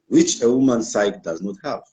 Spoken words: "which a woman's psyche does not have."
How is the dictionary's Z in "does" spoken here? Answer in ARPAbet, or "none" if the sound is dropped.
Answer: Z